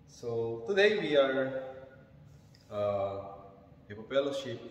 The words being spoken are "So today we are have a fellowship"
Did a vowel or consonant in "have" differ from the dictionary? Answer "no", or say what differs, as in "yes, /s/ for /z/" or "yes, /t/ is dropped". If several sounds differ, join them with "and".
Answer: yes, /p/ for /v/